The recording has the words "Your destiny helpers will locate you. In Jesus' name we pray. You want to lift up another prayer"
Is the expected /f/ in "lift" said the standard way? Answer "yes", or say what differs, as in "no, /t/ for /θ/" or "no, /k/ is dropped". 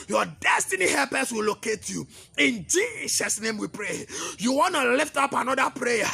yes